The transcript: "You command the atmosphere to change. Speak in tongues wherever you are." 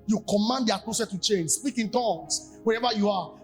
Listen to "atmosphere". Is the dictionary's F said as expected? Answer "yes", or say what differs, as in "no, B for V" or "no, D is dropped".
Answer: no, F is dropped